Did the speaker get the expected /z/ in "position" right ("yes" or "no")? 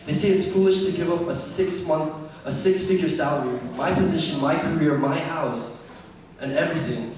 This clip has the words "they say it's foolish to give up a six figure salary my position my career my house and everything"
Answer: yes